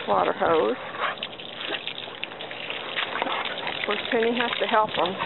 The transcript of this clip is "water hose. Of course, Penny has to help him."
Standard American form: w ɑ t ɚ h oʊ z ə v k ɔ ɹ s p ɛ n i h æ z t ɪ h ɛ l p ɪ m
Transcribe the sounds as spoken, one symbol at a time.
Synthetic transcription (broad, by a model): w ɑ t ɚ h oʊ ə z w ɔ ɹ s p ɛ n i h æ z t ɪ h ɛ l p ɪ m